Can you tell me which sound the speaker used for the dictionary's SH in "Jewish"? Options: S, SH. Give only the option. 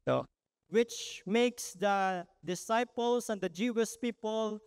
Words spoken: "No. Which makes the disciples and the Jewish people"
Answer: S